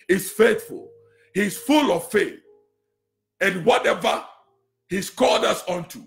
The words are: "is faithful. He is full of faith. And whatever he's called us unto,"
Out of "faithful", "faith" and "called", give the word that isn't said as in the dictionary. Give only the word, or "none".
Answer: called